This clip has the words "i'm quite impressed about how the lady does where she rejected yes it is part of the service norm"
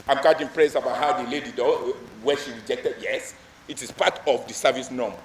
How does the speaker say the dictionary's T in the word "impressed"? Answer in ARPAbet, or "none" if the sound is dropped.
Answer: none